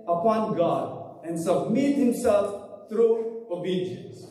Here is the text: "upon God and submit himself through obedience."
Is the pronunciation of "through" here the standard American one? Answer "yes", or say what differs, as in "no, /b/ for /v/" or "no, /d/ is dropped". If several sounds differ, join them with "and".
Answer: no, /t/ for /θ/